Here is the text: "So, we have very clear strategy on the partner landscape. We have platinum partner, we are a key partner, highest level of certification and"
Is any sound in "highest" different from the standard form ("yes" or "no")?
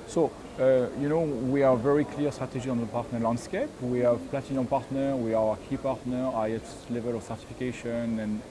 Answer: yes